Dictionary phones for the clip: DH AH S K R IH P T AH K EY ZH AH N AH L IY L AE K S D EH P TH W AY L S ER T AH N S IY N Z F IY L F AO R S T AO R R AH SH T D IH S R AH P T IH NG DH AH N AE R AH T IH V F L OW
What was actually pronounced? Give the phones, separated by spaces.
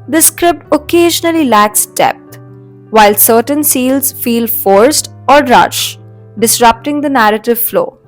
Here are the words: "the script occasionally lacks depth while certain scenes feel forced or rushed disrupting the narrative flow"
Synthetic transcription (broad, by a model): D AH S K R IH P T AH K EY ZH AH N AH L IY L AE K S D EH P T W AY L S ER T AH N S IY L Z F IY L F AO R S T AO R R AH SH D IH S R AH P T IH NG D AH N AE R AH T IH V F L OW